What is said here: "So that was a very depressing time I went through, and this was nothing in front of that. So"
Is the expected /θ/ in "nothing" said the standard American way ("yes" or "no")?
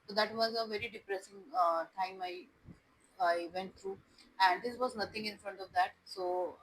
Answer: no